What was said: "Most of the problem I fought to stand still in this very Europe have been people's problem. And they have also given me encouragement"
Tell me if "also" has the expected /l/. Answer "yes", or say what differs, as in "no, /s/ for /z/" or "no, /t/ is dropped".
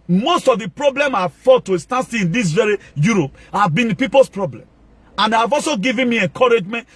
yes